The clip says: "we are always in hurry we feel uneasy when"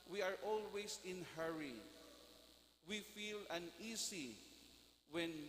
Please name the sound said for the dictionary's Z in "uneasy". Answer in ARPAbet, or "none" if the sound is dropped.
S